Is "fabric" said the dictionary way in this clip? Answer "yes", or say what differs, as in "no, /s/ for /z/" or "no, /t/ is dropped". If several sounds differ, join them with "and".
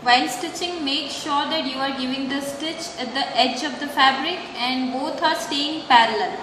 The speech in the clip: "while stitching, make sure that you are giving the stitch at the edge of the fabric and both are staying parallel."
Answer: yes